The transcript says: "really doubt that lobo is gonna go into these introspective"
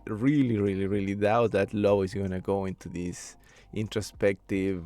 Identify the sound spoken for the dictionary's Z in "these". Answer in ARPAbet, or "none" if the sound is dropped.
S